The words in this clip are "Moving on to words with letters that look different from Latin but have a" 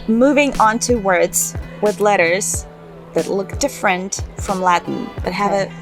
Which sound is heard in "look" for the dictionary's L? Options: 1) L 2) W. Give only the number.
1